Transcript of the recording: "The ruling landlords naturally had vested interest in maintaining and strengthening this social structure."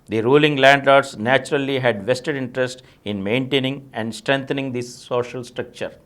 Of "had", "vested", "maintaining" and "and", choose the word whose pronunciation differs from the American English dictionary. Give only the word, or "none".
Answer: none